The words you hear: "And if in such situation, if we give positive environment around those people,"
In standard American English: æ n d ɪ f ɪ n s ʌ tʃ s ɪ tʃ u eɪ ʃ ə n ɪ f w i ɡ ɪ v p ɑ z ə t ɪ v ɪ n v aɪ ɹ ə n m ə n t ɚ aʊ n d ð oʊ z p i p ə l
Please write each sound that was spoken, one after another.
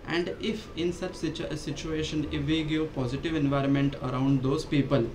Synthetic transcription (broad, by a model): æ n d ɪ f ɪ n s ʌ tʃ s ɪ tʃ u eɪ ʃ ə n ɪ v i ɡ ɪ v p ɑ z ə t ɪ v ɪ n v aɪ ɹ ə n m ə n t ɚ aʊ n d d oʊ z p i p ə l